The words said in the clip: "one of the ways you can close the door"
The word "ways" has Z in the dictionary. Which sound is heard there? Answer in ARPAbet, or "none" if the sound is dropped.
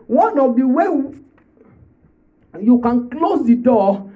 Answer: none